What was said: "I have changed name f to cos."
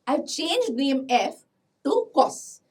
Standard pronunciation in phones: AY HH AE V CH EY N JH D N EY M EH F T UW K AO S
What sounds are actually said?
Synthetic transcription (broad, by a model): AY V CH EY N JH D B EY M EH F T UW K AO S